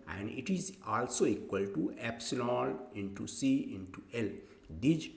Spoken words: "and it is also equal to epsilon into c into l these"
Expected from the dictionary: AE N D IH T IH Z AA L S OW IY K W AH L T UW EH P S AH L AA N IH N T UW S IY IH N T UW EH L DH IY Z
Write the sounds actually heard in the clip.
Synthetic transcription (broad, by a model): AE N D IH T IH Z AA L S OW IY K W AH L T UW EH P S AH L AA L IH N T UW S IY IH N T UW EH L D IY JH